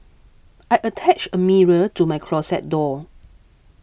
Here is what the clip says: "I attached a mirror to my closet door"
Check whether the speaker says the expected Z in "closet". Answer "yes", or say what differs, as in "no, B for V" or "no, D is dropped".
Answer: no, S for Z